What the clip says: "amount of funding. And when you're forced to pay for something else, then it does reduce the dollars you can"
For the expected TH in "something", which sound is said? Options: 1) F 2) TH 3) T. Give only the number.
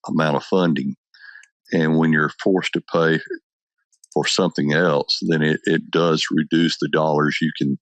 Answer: 2